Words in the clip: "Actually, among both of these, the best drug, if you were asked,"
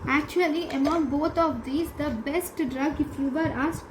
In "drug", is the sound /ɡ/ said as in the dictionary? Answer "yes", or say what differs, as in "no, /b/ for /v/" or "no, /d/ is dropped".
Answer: yes